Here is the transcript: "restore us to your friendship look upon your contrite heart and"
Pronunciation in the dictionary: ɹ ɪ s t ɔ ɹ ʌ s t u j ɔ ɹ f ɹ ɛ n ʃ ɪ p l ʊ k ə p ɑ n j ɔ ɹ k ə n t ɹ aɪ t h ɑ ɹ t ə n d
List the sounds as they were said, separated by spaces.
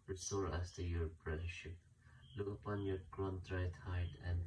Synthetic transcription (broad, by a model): ɹ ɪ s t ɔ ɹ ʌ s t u j ɔ ɹ p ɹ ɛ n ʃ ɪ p l ʊ k ə p ɑ n j ɔ ɹ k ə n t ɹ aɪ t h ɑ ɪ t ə n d